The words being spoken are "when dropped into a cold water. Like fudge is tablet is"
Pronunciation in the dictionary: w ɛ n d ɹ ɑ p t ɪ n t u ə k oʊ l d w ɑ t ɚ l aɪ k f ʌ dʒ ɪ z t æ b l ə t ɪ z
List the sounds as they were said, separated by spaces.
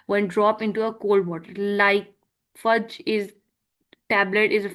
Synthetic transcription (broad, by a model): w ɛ n d ɹ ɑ p ɪ n t u ə k oʊ l d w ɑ t ɚ l aɪ k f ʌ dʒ ɪ z t æ b l ə t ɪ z